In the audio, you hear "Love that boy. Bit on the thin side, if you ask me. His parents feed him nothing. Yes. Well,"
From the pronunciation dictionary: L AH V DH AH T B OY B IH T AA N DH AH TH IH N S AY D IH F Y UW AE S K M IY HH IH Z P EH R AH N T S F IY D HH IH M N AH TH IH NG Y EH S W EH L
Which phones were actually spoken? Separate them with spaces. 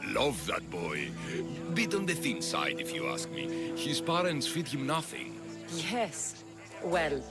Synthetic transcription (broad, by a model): L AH V DH AH T B OY B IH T N DH AH TH IH N S AY D IH F Y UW AE S K M IY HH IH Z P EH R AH N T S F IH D HH IH M N AH TH IH NG Y EH S W EH L